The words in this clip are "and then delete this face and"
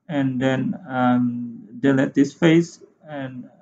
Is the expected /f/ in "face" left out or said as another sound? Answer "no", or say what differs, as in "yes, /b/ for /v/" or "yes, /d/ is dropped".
no